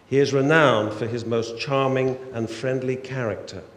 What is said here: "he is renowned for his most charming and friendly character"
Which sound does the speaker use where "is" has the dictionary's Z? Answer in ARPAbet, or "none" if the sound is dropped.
Z